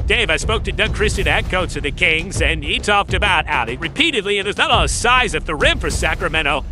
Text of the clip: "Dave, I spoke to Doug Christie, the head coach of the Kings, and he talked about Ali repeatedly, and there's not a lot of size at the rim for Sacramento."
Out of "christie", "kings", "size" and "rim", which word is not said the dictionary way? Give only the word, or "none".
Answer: none